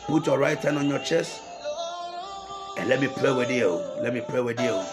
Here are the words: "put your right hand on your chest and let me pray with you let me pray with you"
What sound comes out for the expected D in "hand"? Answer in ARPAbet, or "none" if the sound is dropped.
none